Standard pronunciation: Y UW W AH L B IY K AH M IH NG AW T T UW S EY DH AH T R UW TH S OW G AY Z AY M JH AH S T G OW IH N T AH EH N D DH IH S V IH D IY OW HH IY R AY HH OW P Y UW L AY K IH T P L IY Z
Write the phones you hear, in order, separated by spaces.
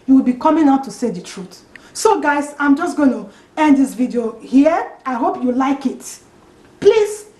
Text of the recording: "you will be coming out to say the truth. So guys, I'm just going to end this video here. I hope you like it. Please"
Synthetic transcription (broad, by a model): Y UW W AH L B IY K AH M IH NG AW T T UW S EY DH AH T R UW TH S OW G AY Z AY M JH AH S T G OW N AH EH N D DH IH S V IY D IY OW HH IY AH AY HH OW P Y UW L AY K IH T P L IY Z